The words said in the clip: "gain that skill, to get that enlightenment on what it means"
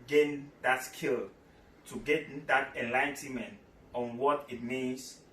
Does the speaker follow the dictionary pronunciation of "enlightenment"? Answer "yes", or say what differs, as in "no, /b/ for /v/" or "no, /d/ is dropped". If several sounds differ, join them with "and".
yes